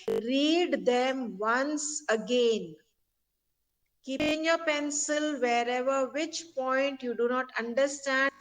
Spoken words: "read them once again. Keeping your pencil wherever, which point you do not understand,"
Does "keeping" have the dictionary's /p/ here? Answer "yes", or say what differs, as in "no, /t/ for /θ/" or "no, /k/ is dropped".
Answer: no, /p/ is dropped